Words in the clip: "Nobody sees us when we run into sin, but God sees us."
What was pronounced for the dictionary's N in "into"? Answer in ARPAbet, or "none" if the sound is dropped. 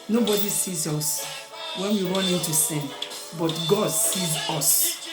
none